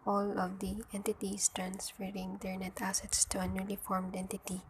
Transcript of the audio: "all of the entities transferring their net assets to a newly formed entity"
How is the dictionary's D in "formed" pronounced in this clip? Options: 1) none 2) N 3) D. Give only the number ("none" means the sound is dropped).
3